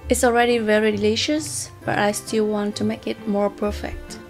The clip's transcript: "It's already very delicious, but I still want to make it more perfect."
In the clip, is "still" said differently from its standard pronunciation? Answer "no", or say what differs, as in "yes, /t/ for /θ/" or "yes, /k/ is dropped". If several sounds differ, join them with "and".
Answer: no